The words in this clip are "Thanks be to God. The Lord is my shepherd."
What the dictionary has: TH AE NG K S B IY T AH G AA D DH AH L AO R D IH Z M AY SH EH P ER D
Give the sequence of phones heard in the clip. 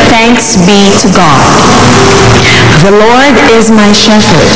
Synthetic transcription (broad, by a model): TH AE NG K S B IY T AH G AA D DH AH L AO R D IH Z M AY SH EH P ER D